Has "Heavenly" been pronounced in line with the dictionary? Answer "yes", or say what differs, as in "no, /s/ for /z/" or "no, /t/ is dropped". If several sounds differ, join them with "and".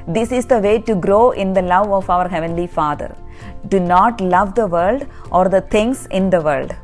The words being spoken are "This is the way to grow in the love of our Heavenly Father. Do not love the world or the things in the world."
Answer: yes